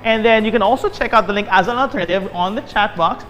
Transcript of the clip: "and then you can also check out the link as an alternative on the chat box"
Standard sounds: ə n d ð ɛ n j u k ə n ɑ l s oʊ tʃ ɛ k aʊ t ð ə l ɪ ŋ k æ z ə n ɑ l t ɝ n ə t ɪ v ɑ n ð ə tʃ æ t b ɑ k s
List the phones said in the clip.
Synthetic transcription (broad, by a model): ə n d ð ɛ n j u k ə n ɑ l s oʊ tʃ ɛ k aʊ t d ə l ɪ ŋ k æ z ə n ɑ t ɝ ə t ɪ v ɑ n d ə tʃ æ t b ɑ k s